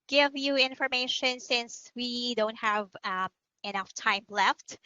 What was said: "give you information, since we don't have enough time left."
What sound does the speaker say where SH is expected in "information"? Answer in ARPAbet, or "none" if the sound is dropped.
SH